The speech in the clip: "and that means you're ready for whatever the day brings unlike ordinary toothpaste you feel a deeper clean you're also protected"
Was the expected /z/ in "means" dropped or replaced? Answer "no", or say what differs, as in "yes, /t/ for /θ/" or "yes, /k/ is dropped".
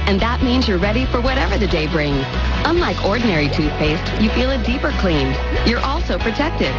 no